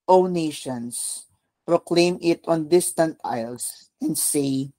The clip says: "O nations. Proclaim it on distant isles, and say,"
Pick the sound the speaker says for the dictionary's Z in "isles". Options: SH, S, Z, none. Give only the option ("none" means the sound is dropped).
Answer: S